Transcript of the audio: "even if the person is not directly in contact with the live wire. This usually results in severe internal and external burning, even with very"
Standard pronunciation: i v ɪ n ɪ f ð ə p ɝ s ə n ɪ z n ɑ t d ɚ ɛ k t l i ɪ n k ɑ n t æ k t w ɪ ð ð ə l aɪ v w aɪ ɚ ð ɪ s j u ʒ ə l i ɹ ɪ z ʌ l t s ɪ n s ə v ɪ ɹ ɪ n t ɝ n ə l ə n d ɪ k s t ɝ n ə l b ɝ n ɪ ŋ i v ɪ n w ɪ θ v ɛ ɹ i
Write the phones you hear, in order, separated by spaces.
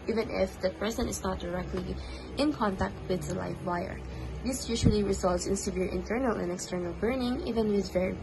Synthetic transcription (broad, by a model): i v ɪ n ɪ f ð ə p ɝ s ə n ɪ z n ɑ t d ɚ ɛ k t l i ɪ n k ɑ n t æ k t w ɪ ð ð ə l aɪ f w aɪ ɚ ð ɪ s j u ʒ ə l i ɹ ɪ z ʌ l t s ɪ n s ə v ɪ ɹ ɪ n t ɝ n ə l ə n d ɪ k s t ɝ n ə l b ɝ n ɪ ŋ i v ɪ n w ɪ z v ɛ ɹ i